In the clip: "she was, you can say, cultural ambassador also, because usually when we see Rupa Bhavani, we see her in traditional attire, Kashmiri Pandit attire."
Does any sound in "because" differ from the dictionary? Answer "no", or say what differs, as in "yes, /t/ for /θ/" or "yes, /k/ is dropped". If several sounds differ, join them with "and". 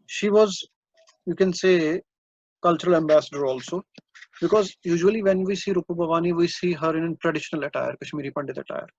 no